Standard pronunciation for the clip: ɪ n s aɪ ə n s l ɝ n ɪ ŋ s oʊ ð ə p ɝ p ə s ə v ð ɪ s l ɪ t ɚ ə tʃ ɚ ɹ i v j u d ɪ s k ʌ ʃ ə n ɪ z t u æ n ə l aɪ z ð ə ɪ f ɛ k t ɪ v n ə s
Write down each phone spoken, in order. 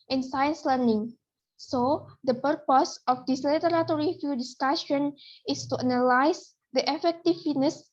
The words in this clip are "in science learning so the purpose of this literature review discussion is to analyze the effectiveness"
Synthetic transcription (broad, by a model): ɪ n s aɪ ə n s l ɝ n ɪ ŋ s oʊ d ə p ɝ p ə s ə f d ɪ s l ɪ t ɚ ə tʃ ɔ ɹ i f j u d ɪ s k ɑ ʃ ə n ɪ s t u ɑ n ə l aɪ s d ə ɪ f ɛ k t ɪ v n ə s